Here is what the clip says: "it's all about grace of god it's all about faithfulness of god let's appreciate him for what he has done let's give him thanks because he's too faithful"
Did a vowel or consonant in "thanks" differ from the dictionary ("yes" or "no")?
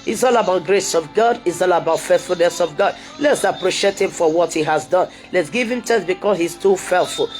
yes